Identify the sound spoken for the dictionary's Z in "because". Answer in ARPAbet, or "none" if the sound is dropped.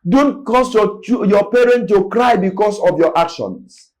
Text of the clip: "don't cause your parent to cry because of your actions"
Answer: S